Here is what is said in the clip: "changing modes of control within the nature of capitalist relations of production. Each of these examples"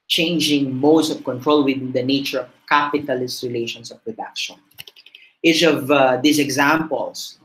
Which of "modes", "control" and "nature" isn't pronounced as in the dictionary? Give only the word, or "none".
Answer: modes